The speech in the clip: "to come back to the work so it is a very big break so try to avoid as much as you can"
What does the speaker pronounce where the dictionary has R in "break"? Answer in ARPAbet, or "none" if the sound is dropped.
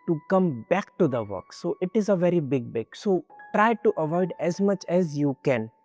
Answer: none